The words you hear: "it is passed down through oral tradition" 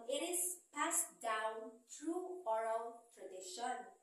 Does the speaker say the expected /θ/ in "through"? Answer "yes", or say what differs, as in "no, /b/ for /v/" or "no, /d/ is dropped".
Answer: no, /t/ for /θ/